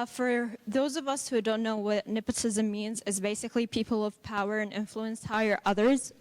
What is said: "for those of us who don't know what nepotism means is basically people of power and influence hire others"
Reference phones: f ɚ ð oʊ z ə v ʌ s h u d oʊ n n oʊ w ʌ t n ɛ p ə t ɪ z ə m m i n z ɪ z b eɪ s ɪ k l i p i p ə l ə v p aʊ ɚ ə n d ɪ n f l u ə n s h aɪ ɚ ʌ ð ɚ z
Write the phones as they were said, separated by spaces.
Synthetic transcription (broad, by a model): f ɚ ð oʊ z ə v ʌ s h u d oʊ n n oʊ w ʌ t n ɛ p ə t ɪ z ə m m i n z ɪ z b eɪ s ɪ k l i p i p l ə v p aʊ ɚ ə n ɪ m f l u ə n s h aɪ ɚ ʌ ð ɚ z